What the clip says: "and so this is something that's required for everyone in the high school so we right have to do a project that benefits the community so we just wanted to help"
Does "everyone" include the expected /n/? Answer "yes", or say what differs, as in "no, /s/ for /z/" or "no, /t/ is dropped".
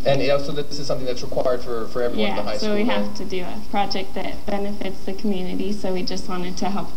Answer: no, /n/ is dropped